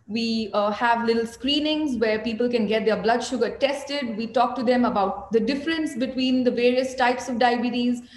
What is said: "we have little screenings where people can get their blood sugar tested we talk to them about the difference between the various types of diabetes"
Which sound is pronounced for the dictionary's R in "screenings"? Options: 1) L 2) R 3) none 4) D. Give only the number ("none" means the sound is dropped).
2